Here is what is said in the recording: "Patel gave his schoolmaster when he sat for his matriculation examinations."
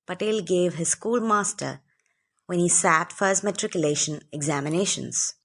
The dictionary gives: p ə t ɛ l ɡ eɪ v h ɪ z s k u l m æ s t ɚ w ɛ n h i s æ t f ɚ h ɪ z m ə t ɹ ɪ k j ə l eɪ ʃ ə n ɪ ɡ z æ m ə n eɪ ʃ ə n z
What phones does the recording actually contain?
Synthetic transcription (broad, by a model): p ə t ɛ l ɡ eɪ v h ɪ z s k u l m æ s t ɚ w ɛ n h i s æ t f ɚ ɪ s m ə t ɹ ɪ k j ə l eɪ ʃ ə n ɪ ɡ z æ m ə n eɪ ʃ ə n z